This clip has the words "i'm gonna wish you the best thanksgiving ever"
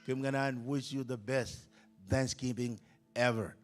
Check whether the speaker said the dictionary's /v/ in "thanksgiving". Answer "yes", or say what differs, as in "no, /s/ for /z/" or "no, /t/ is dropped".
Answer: no, /p/ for /v/